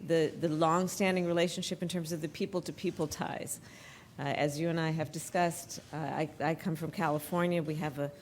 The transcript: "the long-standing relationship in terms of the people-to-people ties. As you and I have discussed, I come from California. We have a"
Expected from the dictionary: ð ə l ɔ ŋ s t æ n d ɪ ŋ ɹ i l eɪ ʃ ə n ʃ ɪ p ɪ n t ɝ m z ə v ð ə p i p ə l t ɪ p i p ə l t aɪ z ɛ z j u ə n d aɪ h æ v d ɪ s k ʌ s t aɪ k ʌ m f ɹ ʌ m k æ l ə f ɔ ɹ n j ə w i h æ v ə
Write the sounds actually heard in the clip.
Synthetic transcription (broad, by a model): ð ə l ɔ ŋ s t æ n d ɪ ŋ ɹ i l eɪ ʃ n ʃ ɪ p ɪ n t ɝ m z ə v ð ə p i p l t ɪ p i p l t aɪ z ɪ z j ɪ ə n aɪ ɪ v d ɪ s k ʌ s t aɪ k ʌ m f ɹ ʌ m k æ l ə f ɔ ɹ n j ə w i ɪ v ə